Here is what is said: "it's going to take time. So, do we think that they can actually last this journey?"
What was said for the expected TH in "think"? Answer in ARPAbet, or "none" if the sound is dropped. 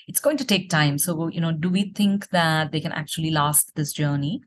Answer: T